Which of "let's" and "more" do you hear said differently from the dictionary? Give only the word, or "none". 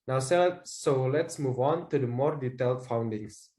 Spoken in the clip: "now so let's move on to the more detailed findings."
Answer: none